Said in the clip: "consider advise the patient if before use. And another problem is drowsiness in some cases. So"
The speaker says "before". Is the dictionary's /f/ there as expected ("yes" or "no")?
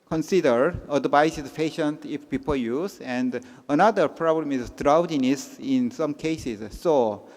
no